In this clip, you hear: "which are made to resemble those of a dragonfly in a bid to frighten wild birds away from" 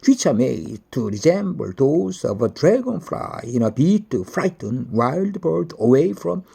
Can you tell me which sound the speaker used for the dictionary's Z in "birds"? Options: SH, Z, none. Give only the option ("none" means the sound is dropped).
none